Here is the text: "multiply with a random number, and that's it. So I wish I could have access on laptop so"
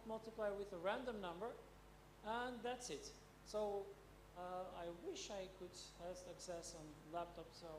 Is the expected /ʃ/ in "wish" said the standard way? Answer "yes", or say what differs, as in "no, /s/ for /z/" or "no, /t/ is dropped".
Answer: yes